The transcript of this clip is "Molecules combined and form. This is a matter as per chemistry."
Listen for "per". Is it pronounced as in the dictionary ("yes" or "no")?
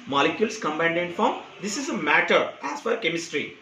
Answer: no